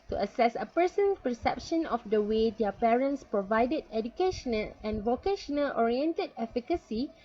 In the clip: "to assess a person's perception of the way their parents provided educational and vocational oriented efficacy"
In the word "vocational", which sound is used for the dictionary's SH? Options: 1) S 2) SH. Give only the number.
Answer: 2